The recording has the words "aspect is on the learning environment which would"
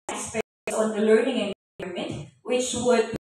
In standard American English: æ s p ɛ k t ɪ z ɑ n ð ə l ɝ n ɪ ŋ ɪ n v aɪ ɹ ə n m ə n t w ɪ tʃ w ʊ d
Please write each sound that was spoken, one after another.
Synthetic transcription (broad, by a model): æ s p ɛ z ɑ n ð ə l ɝ n ɪ ŋ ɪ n ʌ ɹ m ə n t w ɪ tʃ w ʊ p